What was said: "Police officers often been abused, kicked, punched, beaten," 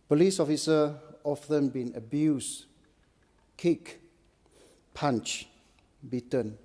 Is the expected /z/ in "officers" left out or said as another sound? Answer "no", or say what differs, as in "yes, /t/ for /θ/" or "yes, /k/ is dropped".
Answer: yes, /z/ is dropped